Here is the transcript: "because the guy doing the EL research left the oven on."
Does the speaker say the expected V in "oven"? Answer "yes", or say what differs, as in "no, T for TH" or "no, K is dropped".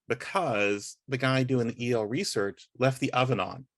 yes